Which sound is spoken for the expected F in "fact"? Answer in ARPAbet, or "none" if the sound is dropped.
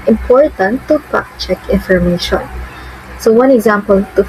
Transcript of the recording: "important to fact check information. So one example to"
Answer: P